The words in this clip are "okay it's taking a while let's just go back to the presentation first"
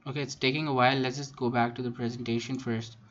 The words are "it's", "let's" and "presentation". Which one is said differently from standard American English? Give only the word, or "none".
let's